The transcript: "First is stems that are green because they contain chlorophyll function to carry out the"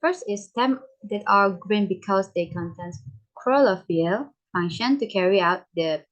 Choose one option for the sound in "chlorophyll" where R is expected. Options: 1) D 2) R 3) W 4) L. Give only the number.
4